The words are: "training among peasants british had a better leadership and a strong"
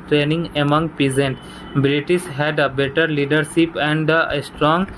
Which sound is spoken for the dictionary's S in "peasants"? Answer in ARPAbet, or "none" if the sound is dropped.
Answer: none